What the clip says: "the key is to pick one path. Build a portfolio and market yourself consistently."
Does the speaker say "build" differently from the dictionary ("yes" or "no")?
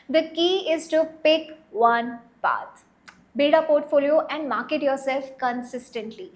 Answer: yes